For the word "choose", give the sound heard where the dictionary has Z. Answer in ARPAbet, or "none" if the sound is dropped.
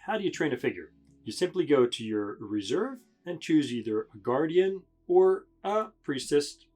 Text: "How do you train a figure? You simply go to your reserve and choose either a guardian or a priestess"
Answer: Z